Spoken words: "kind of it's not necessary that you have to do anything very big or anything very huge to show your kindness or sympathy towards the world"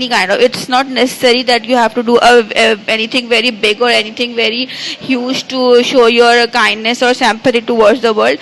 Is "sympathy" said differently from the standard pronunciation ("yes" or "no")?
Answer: yes